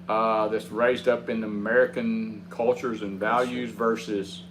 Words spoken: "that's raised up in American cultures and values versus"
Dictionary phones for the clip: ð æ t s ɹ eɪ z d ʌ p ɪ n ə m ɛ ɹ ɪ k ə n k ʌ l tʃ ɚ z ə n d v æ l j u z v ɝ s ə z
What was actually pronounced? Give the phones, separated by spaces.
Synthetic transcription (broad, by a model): ð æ t s ɹ eɪ z d ʌ p ɪ n ə m ɛ ɹ ɪ k ə n k ʌ l tʃ ɚ z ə n v æ l j u z v ɝ s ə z